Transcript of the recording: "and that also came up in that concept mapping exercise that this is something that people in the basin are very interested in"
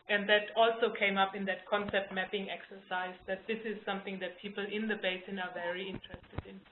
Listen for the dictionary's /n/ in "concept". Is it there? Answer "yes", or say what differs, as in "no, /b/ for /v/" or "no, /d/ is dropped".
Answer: yes